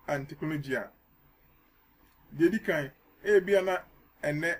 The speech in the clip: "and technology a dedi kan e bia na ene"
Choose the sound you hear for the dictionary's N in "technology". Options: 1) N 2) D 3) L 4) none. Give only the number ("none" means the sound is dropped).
4